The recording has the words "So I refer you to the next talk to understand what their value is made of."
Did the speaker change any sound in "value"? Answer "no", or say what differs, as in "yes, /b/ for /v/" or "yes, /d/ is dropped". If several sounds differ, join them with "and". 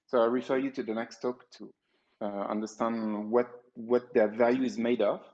no